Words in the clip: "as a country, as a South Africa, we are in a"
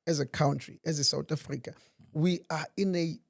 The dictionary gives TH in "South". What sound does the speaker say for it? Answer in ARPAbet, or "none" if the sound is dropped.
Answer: T